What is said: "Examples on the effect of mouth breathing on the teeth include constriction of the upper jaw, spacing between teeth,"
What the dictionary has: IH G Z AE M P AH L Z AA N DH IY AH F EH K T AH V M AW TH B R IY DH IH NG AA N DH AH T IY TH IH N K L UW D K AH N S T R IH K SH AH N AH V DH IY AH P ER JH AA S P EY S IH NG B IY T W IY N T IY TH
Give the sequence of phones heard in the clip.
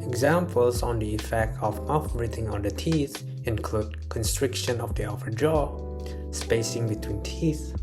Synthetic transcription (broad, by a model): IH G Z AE M P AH L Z AA N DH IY AH F EH K T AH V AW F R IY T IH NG AA N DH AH T IY TH IH N K L UW D K AH N S T R IH K SH AH N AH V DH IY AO F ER JH AA S P EY S IH NG B IY T W IY N T IY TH